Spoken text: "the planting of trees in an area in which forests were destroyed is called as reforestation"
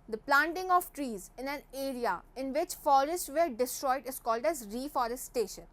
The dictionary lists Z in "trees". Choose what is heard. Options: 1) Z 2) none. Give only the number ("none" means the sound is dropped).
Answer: 1